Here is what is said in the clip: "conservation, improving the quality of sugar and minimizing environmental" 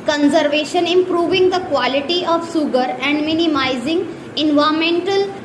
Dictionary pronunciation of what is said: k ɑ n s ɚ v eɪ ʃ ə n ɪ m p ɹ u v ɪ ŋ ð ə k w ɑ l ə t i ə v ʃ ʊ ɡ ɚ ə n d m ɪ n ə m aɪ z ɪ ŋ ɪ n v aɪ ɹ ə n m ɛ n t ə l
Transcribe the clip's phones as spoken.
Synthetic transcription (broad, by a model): k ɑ n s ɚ v eɪ ʃ ə n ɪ m p ɹ u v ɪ ŋ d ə k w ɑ l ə t i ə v s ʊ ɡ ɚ ə n d m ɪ n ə m aɪ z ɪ ŋ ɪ n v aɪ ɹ m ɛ n t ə l